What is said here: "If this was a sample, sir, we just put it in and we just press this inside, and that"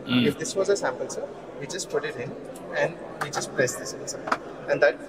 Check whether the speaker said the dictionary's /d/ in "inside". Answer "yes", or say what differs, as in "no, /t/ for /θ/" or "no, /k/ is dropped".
no, /d/ is dropped